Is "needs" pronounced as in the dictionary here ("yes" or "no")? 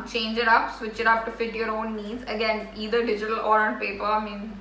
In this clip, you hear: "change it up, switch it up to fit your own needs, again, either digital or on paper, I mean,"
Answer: yes